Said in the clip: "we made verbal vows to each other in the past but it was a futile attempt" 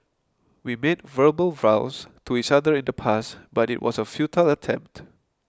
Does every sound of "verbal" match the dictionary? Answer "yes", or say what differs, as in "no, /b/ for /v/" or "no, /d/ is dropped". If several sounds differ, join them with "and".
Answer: yes